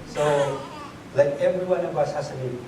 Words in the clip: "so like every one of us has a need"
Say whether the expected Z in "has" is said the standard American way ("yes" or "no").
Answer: no